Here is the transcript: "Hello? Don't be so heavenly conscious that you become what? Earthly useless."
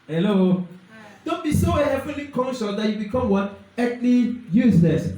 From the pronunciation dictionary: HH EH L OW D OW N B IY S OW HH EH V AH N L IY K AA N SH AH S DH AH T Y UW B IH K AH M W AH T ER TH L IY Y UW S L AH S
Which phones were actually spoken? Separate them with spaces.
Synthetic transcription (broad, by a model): HH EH L OW D OW N B IY S OW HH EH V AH L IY K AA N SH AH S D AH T Y UW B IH K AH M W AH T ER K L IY Y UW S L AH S